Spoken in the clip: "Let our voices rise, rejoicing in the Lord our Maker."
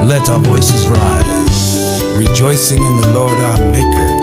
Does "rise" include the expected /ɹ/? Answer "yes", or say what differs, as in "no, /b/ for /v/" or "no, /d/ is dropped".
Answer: yes